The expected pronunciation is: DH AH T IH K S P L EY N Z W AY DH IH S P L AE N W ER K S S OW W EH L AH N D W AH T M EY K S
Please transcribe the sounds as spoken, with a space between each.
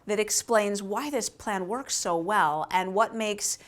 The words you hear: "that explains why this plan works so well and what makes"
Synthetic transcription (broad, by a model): DH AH T IH K S P L EY N Z W AY DH IH S P L AE N W ER K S S OW W EH L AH N W AH T M EY K S